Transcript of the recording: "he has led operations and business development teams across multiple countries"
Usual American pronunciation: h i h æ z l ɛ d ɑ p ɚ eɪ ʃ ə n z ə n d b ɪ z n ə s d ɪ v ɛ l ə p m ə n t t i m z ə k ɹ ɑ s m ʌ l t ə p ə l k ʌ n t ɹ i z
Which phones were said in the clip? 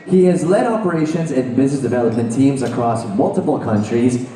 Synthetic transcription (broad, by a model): h i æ z l ɛ d ɑ p ɚ eɪ ʃ ə n z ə n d b ɪ z n ə s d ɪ v ɛ l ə p m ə n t t i m z ə k ɹ ɑ s m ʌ l t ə p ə l k ʌ n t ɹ i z